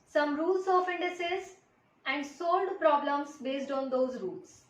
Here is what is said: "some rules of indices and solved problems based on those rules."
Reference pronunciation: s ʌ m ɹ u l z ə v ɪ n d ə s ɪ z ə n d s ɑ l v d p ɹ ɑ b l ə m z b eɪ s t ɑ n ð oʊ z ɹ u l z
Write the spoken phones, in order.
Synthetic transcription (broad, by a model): s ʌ m ɹ u l s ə f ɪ n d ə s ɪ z ə n d s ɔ l d p ɹ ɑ b l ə m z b eɪ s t ɑ n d oʊ z ɹ u l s